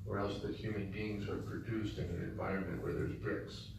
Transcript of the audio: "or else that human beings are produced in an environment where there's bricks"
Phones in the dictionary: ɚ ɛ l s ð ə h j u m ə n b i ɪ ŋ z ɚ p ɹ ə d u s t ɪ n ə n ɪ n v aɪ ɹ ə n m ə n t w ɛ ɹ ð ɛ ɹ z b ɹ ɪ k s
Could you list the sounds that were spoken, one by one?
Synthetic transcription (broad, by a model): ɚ ɛ l s ð ə h j u m ə n b i ɪ ŋ z ɚ p ɹ ə d u s t ɪ n ə n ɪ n v aɪ ɹ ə n m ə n t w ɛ ɹ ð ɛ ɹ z b ɹ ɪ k s